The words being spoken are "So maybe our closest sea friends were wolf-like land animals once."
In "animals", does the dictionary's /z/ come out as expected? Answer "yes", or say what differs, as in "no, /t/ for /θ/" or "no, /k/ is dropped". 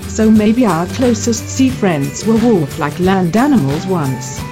yes